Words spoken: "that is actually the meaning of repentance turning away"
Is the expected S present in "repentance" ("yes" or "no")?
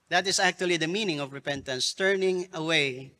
yes